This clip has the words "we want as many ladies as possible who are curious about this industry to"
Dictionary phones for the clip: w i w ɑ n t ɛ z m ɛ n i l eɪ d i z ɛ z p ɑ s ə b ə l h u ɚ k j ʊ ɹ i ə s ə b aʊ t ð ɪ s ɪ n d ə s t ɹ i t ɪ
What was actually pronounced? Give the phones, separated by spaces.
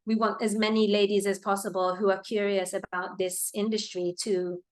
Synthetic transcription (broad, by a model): w i w ɑ n t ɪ z m ɛ n i l eɪ d i z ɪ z p ɑ s ə b ə l h u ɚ k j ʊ ɹ i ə s ə b aʊ t ð ɪ s ɪ n d ə s t ɹ i t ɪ